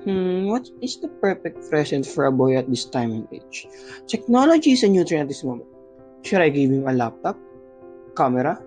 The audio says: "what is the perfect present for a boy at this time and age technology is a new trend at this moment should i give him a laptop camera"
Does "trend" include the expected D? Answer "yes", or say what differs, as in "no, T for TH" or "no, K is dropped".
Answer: no, D is dropped